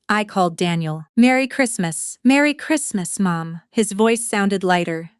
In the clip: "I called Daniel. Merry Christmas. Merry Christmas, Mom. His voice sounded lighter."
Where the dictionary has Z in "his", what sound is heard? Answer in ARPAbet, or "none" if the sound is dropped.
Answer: Z